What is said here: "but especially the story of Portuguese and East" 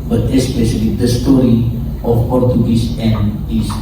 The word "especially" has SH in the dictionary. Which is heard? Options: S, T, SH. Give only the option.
SH